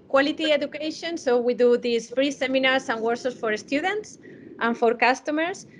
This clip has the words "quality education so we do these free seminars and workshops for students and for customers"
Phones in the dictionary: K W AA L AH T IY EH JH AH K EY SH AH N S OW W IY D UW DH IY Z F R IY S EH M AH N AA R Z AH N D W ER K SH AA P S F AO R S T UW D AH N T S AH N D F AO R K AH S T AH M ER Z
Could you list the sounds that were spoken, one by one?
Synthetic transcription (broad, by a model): K W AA L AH T IY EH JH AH K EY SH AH N S OW W IY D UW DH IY S F R IY S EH M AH N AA R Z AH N W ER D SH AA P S F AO R S T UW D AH N T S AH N F AO R K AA S T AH M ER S